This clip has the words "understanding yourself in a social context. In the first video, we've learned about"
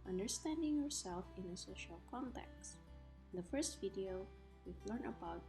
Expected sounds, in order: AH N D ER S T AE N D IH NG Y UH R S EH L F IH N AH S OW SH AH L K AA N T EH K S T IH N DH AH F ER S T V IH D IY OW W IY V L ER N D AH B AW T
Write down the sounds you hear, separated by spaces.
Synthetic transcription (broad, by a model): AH N D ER S T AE N D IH NG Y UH R S EH L F IH N AH S OW SH AH L K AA N T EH K S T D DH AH F ER S T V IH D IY OW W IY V L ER N AH B AW T